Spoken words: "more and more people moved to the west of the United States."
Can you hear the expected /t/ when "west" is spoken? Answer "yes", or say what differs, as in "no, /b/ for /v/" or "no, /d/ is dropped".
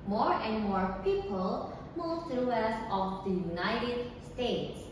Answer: no, /t/ is dropped